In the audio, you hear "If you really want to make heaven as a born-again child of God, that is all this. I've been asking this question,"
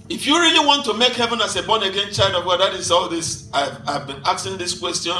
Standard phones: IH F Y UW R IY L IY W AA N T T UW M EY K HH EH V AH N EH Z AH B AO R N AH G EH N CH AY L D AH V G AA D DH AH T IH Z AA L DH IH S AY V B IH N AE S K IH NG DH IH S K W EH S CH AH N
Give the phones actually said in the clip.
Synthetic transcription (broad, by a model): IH F Y UW R IY L IY W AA N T T UW M EY K HH EH V AH N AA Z AH B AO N AH G EH N CH AY L D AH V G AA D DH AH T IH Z AA L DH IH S AY V B IH N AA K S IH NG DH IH S K W EH S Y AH N